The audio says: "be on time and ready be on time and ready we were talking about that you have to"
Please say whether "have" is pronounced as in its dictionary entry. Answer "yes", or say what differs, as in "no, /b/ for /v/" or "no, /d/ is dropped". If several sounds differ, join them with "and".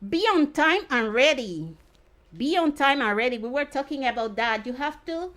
no, /f/ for /v/